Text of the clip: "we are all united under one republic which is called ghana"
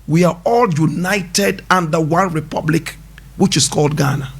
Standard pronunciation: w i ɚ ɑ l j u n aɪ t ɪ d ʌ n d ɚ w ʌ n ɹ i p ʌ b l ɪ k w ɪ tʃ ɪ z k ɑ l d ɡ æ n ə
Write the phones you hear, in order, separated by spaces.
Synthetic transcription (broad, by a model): w i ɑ ɑ l j u n aɪ t ɪ d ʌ n d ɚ w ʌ n ɹ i p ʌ b l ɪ k w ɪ tʃ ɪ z k ɑ l d ɡ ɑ n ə